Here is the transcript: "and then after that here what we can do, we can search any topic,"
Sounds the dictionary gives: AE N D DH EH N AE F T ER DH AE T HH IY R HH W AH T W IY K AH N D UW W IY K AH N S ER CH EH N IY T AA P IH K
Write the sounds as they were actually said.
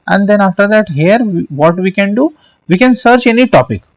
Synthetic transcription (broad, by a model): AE N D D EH N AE F T ER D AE T HH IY R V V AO T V IY K AH N D UW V IY K AH N S ER CH EH N IY T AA P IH K